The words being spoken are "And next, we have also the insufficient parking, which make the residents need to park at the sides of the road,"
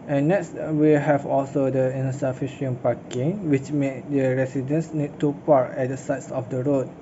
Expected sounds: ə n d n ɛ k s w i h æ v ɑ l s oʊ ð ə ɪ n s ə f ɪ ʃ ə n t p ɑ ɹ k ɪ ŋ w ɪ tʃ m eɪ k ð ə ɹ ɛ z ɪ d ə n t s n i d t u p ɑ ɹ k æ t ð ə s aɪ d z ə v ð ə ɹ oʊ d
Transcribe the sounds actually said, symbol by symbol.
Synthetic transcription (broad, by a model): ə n n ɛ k s w i h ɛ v ɑ l s oʊ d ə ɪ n s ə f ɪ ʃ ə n p ɑ k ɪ ŋ w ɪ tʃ m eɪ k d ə ɹ ɛ s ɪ d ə n s n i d t u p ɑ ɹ ɛ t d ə s aɪ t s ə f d ə ɹ oʊ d